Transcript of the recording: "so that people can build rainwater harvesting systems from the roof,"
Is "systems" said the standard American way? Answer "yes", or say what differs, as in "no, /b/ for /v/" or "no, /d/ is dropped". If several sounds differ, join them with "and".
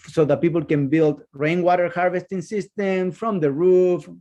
no, /z/ is dropped